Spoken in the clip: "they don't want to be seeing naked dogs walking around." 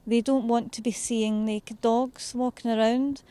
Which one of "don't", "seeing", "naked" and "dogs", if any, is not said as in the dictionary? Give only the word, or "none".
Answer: naked